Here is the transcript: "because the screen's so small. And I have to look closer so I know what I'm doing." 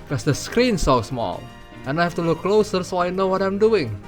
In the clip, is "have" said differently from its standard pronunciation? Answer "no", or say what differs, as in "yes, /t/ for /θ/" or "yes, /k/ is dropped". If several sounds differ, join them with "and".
yes, /f/ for /v/